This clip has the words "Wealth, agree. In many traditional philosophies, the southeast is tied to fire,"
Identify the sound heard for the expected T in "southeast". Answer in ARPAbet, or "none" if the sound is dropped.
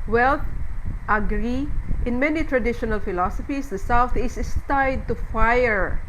none